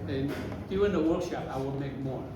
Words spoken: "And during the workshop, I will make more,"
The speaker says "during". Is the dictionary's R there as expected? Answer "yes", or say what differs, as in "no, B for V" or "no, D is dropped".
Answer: no, R is dropped